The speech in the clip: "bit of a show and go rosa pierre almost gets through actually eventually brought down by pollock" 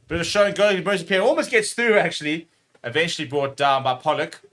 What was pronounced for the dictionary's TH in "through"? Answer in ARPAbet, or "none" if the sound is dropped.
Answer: TH